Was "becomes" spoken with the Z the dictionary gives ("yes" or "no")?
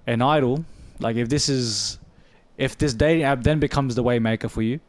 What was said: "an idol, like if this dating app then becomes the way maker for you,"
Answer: yes